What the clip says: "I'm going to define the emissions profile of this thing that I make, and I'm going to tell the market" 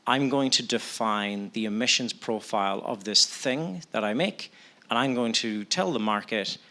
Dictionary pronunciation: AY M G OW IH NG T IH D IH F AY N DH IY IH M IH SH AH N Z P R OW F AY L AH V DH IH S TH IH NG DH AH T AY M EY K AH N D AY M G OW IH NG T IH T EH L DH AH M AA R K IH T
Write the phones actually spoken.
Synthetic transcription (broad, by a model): AY M G OW IH NG T IH D IH F AY N DH IY IH M IH SH AH N Z P R OW F AY L AH V DH IH S TH IH NG DH AH T AY M EY K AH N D AY M G OW IH NG T IH T EH L DH AH M AA R K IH T